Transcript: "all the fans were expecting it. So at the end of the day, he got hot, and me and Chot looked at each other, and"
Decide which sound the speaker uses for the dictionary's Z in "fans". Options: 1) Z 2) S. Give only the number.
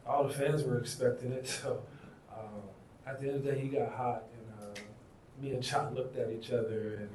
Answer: 1